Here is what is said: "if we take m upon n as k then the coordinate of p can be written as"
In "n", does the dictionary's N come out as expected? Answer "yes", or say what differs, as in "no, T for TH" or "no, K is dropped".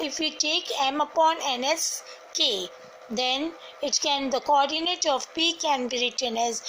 yes